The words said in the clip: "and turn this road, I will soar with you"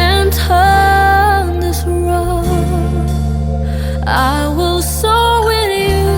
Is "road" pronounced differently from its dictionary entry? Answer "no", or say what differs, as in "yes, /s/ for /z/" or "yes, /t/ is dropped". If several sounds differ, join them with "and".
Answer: yes, /d/ is dropped